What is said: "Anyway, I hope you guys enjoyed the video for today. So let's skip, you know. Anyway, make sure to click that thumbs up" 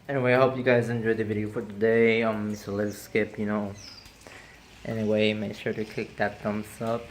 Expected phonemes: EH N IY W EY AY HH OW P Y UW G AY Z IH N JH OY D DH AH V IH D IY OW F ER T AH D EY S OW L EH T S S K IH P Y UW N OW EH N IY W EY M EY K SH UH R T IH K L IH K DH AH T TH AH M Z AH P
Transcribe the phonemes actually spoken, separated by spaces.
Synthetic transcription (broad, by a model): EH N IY W EY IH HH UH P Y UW G AY Z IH N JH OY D DH AH V IH D IY OW F ER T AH D EY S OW L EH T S S K IH P Y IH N OW EH N IY W EY M EY K SH UH R T IH K IH K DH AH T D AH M S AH P